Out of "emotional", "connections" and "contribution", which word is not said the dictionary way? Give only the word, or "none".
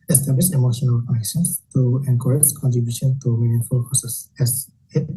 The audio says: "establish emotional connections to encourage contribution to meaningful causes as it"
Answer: connections